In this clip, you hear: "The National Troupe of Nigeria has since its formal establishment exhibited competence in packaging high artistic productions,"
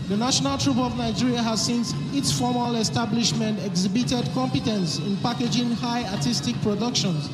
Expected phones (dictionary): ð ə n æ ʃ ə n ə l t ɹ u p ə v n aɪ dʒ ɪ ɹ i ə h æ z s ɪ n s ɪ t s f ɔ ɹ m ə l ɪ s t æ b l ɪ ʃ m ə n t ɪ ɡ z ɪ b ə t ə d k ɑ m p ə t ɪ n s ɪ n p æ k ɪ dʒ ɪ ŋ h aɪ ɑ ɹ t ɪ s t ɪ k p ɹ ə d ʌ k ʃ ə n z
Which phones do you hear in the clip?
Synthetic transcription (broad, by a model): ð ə n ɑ ʃ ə n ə l t ɹ u p ə v n aɪ dʒ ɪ ɹ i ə h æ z s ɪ n s ɪ t s f ɔ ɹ m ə l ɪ s t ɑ b l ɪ ʃ m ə n t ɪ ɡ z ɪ b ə t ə d k ɑ m p ə t ɪ n s ɪ n p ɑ k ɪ dʒ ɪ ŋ h aɪ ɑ t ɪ s t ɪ k p ɹ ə d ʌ k ʃ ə n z